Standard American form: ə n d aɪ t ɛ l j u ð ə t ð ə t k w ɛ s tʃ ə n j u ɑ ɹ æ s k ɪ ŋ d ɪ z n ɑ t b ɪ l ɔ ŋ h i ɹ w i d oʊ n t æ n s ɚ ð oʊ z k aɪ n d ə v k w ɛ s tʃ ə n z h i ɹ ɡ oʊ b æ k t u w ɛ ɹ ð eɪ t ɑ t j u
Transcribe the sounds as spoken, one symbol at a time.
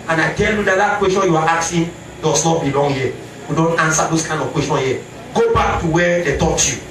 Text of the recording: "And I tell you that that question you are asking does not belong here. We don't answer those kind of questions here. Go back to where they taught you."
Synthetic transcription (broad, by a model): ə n aɪ t ɛ l j u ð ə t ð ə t k w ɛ s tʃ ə n j u ɑ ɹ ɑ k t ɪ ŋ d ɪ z n ɑ t b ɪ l ɔ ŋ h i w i d oʊ n t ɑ n s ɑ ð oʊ s k aɪ n d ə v k w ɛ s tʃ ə n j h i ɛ ɡ oʊ b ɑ k t u w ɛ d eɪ t ɑ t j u